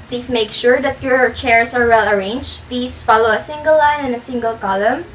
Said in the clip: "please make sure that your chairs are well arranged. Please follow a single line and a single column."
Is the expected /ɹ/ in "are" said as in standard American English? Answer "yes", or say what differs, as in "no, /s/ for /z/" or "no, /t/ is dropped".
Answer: yes